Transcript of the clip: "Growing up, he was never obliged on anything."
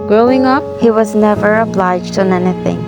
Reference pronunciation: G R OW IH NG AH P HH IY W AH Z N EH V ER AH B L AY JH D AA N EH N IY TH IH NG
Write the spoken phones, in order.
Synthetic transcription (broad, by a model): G R OW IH NG AH P HH IY W AH Z N EH V ER AH B L AY JH D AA N EH N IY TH IH NG